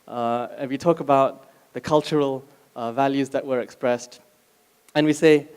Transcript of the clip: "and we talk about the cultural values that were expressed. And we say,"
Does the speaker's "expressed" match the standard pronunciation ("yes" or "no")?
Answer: yes